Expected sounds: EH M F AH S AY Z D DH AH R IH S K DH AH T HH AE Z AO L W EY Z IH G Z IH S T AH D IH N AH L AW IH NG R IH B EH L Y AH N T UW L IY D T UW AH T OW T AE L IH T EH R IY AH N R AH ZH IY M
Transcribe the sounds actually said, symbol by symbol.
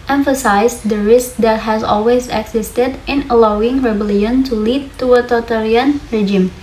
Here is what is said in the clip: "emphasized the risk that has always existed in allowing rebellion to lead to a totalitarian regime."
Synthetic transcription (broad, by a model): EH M F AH S AY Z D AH R IH S K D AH T HH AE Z AO L W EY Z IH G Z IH S T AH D IH N AH L AW IH NG R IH B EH L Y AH N T UW L IY D T UW AH T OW T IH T R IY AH N R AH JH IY M